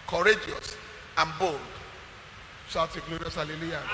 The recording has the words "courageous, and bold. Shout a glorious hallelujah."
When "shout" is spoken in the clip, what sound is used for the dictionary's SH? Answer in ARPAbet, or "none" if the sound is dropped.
S